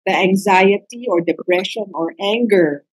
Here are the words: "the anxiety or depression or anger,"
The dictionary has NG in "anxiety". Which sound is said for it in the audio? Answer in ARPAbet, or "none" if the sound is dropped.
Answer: NG